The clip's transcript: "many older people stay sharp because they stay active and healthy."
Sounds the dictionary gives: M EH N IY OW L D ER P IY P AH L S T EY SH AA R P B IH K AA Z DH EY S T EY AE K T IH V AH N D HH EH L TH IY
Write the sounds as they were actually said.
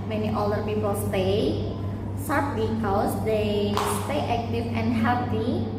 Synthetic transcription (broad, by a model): M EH N IY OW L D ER P IY P AH L S T EY S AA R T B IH K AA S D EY S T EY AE K T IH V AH N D HH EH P IY